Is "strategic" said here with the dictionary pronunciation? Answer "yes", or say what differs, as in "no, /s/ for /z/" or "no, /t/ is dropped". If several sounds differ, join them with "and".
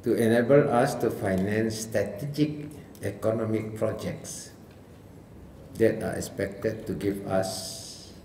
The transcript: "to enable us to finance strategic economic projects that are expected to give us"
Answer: yes